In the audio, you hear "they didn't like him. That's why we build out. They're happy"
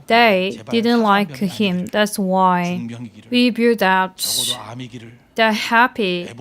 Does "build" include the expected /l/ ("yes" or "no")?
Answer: no